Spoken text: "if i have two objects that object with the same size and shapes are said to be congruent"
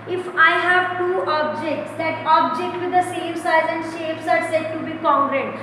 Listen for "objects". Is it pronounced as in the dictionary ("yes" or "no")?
yes